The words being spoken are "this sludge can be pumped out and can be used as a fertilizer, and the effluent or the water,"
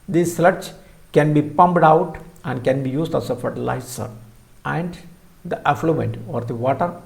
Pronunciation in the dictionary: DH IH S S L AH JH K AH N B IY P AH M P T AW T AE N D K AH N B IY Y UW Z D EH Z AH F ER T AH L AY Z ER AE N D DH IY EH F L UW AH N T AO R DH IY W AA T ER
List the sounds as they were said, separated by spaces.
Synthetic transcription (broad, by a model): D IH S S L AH CH K AH N B IY P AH M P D AW T AE N D K AH N B IY Y UW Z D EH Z AH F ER T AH L AY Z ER AE N D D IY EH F L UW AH N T AO R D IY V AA T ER